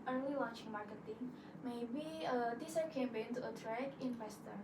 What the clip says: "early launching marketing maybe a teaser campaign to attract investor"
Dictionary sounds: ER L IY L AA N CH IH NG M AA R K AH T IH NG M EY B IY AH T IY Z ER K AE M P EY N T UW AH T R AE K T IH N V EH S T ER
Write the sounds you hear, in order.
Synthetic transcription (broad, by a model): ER L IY W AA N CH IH NG M AA R K AH T IH NG M EY B IY AH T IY S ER K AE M B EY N T UW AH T R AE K IH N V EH S T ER